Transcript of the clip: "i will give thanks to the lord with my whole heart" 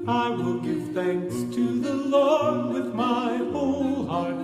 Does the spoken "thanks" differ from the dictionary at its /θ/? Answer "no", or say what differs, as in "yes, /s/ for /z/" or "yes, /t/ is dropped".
no